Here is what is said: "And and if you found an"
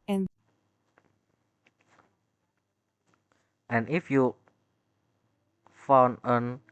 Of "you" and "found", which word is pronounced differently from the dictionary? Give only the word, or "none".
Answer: found